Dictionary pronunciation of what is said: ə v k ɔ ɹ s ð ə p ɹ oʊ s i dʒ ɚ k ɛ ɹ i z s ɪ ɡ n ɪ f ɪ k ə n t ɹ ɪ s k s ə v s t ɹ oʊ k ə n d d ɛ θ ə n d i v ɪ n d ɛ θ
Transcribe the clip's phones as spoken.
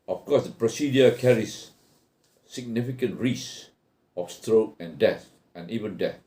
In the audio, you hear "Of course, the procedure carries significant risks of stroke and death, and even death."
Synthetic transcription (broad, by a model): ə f k ɔ s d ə p ɹ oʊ s i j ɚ k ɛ ɹ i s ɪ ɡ n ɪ f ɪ k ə n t ɹ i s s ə f s t ɹ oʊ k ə n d d ɛ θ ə n i v ɪ n d ɛ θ